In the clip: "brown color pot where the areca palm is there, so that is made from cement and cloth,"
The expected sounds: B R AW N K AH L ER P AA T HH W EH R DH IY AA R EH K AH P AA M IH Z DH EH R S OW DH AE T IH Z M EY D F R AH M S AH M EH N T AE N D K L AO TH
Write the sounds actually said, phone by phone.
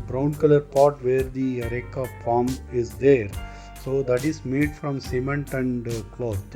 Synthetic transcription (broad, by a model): B R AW N K AH L ER P AA T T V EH R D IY R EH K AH F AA M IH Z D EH R S OW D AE T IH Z M EY D F R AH M S AH M EH N T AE N D K L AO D